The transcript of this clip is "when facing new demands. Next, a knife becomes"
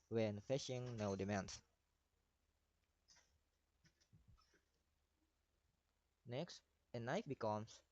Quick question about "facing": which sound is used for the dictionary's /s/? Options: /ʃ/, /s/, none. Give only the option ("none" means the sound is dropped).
/ʃ/